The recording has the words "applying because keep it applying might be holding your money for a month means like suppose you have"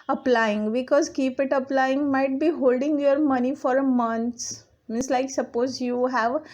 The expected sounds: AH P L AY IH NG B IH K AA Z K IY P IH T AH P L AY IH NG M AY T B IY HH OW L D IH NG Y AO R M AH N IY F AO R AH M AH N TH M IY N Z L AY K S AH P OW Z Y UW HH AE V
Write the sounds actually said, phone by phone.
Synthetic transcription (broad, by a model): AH P L AY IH NG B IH K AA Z K IY P IH T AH P L AY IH NG M AY T B IY HH OW L D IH NG Y AO R M AH N IY F AO R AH M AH N S M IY N S L AY K S AH P OW Z Y UW HH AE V